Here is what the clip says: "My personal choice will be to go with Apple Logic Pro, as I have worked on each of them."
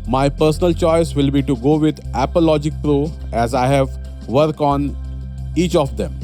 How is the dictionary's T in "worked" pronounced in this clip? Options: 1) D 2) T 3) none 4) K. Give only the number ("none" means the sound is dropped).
3